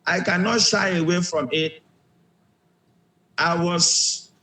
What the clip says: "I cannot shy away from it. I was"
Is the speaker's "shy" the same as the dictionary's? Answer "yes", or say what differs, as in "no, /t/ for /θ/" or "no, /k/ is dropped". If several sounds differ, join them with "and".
yes